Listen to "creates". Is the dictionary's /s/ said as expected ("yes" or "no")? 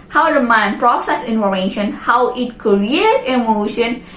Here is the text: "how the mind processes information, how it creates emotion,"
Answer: no